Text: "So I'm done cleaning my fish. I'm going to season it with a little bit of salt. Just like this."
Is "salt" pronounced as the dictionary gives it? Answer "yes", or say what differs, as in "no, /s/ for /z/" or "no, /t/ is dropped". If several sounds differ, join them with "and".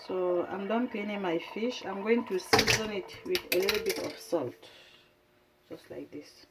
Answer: yes